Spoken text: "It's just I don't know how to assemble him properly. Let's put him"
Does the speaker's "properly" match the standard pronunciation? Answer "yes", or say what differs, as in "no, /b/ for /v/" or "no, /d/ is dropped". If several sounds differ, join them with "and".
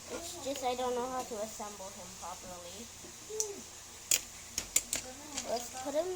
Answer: no, /ɹ/ is dropped